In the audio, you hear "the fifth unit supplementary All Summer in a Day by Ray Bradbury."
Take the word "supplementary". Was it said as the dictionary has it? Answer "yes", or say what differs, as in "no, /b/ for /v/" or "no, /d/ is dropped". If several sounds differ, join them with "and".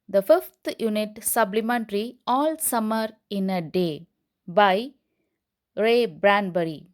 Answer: no, /b/ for /p/